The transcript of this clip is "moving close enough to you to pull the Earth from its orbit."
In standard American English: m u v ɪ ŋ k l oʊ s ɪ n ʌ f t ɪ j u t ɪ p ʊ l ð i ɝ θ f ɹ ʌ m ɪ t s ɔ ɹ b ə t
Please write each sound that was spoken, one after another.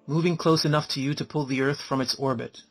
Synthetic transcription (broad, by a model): m u v ɪ ŋ k l oʊ s ɪ n ʌ f t ɪ j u t ɪ p ʊ l ð i ɝ θ f ɹ ʌ m ɪ t s ɔ ɹ b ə t